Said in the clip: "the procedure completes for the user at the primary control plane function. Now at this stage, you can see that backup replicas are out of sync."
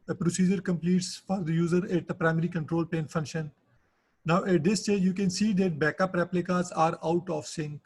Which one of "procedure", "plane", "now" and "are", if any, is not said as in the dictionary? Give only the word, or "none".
plane